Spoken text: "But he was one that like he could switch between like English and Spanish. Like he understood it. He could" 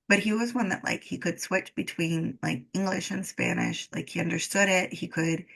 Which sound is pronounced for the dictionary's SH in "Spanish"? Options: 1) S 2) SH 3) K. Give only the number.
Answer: 2